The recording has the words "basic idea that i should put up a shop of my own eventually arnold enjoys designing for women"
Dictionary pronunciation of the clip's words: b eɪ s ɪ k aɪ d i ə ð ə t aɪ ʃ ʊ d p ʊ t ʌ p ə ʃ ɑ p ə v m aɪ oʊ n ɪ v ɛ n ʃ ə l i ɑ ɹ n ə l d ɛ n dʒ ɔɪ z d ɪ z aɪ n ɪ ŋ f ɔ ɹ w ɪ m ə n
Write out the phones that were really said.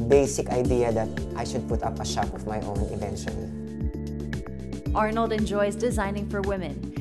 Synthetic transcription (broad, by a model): b eɪ s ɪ k aɪ d i ə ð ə t aɪ ʃ ʊ d p ʊ t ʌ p ə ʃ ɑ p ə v m aɪ oʊ n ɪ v ɛ n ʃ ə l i ɑ ɹ n ə l d ɛ n dʒ ɔɪ z d ɪ z aɪ n ɪ ŋ f ɔ ɹ w ɪ m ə n